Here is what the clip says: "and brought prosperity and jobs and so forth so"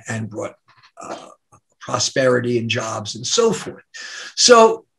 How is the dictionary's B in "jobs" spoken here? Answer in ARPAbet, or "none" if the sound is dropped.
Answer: B